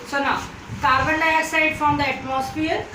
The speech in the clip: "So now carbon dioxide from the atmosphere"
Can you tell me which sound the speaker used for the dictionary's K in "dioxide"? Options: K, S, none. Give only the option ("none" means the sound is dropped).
none